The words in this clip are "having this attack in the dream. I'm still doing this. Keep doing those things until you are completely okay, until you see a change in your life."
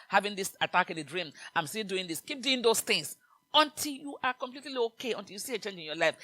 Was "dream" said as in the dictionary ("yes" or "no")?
yes